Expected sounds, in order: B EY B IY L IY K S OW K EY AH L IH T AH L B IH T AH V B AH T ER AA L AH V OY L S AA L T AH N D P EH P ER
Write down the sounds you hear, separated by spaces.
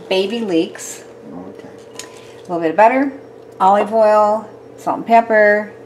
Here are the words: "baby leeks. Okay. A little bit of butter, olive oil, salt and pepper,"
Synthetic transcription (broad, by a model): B EY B IY L IY K S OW AH L IH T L B IH T AH V B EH T ER AA L AH V OY L S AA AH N P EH P ER